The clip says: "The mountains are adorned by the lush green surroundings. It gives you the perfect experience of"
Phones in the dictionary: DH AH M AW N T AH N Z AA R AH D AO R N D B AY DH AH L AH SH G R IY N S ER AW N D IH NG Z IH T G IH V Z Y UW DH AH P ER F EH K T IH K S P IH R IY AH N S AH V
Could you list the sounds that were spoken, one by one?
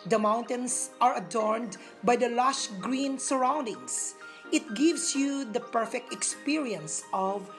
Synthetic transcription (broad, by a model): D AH M AW N T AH N S AA R AH D AO R N D B AY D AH L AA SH G R IY N S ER AW N D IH NG S IH T G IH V S Y UW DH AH P ER F EH K T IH K S P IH R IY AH N S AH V